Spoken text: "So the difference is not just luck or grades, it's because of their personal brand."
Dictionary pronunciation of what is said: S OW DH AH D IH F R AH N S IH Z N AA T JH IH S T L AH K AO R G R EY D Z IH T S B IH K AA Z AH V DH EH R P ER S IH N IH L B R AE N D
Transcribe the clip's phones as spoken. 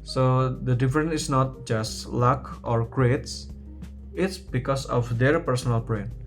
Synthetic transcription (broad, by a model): S OW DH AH D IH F R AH N IH S N AA T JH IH S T L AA K AO R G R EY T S IH T S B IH K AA S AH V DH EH R P ER S IH N IH L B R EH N